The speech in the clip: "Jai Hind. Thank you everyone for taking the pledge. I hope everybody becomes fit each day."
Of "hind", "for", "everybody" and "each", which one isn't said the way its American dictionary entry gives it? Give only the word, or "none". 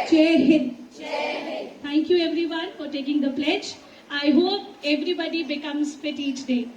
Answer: hind